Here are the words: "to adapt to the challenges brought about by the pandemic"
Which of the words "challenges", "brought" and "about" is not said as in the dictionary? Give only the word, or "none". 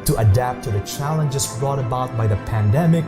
challenges